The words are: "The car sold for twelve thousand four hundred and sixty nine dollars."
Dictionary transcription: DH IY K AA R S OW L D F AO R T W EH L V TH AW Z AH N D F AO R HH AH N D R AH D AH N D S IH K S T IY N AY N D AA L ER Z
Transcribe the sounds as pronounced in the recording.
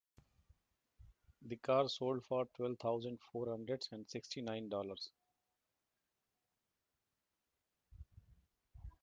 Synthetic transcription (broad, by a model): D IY K AA R S OW L D F AO R T W EH L V T AW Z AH N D F AO R HH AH N D R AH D AH N D S IH K S T IY N AY N D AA L ER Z